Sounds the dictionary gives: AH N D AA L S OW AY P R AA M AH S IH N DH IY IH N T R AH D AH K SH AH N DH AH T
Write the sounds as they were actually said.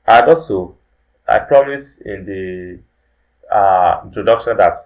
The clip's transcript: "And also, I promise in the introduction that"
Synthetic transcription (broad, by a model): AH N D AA S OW AY P R AA M AH S IH N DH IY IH N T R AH D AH K SH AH N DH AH T